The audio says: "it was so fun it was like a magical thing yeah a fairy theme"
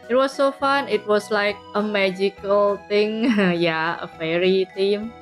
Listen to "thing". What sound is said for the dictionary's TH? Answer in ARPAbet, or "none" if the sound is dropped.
T